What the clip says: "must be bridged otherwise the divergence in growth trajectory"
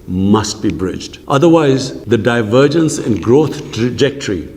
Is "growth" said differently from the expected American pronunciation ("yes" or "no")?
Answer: yes